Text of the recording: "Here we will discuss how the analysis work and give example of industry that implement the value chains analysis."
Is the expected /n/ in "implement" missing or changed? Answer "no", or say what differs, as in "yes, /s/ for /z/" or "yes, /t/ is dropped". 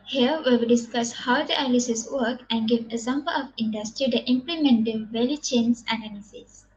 no